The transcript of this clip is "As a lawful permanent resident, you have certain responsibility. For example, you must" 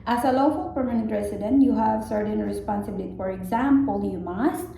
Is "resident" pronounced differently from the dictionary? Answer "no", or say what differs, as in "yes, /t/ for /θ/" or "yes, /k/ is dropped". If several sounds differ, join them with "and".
yes, /s/ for /z/